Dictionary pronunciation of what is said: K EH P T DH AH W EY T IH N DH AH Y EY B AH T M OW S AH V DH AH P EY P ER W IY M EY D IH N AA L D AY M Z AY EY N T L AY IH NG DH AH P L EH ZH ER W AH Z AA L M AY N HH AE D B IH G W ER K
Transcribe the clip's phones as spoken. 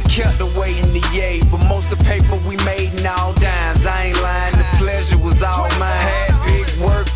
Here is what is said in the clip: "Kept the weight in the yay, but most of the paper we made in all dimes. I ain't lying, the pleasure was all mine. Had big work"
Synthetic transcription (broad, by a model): K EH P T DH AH W EY IH N DH AH Y EY B AH T M OW AH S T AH P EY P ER W IY M EY D N AA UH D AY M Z AY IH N L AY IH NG DH AH P L EH ZH ER W AH Z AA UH M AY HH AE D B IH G W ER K